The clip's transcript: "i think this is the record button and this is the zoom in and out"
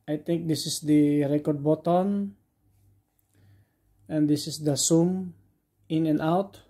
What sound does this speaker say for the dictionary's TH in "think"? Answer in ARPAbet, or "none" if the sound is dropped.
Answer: T